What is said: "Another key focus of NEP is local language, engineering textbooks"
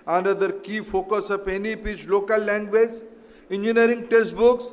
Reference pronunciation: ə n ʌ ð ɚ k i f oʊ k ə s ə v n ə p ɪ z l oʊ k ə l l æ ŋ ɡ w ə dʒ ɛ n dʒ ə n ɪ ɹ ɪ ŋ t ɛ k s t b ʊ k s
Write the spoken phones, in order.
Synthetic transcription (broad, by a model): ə n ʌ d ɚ k i f oʊ k ə s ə p n ə p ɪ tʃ l oʊ k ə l l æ ŋ ɡ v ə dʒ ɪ n dʒ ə n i ɹ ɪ ŋ t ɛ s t b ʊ k s